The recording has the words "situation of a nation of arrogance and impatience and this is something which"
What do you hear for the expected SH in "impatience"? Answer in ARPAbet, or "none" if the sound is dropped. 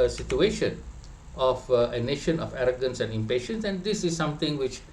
SH